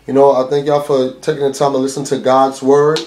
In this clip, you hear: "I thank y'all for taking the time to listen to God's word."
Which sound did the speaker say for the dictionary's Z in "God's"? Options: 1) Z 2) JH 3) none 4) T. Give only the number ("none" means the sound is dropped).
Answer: 1